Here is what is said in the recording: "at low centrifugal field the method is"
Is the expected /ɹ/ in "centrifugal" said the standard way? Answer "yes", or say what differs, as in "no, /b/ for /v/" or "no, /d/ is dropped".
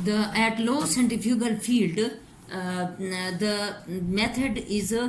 no, /ɹ/ is dropped